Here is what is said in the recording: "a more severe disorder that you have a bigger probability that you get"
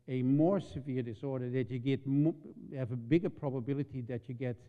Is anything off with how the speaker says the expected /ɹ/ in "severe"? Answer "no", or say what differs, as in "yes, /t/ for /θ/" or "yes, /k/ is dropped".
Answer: no